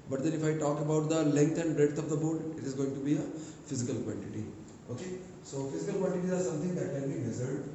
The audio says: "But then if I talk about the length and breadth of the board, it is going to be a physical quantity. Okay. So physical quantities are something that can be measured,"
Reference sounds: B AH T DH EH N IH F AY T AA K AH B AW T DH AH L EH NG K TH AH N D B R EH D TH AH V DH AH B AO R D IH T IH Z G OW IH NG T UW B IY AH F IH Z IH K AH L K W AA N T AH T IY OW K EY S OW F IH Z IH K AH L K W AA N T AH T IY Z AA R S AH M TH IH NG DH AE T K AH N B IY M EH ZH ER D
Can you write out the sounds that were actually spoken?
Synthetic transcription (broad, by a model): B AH T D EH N IH F AY T AA K AH B AW T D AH L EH NG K T AH N D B R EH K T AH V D AH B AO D IH T IH Z G OW IH NG T UW B IY AH F IH Z IH K AH L K W AA N T AH T IY OW K EY S OW F IH Z IH K AH L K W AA N T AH T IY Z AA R S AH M T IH NG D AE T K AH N B IY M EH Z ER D